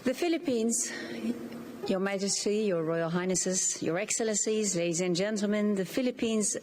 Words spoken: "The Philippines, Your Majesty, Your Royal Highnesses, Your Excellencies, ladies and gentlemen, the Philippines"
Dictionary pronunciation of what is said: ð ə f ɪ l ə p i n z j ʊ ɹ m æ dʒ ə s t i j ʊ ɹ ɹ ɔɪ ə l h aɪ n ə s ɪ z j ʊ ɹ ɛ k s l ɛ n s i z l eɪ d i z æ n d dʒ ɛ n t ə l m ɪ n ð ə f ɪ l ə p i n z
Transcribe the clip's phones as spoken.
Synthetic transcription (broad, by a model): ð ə f ɪ l ə p i n z j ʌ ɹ m æ dʒ ə s t i j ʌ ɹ ɹ ɔɪ ə l h aɪ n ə s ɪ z j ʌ ɹ ɛ k s l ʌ n s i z l eɪ d i z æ n dʒ ɛ n t l m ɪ n ð ə f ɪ l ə p i n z